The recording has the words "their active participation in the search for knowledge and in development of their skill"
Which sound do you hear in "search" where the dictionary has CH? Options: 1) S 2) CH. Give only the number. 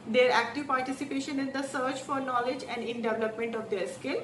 2